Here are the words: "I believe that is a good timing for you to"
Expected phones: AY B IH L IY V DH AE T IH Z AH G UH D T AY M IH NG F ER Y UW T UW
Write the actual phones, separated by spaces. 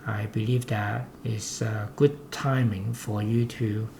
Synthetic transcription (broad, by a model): AY B IH L IY V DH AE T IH S AH G UH D T AY M IH NG F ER Y UW T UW